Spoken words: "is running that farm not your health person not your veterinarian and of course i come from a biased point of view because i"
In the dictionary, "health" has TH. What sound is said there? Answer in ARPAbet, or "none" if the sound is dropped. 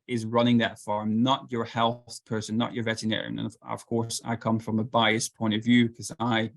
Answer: TH